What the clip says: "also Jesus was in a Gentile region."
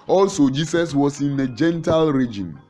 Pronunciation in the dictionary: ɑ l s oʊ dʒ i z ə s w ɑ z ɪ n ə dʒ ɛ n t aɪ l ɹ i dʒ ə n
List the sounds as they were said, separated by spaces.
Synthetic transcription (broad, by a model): ɑ l s oʊ dʒ i s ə s w ɑ s ɪ n ə dʒ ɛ n t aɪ l ɹ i dʒ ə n